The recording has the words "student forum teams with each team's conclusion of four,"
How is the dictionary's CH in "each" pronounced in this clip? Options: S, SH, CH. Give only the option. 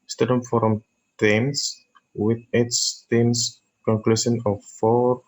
S